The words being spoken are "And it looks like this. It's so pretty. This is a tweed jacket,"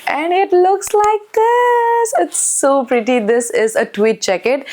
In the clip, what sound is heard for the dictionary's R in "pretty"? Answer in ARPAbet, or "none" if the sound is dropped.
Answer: R